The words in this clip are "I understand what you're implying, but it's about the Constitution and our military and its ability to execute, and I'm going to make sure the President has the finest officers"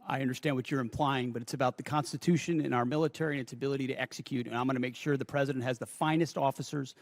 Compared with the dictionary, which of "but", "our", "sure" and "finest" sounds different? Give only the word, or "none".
none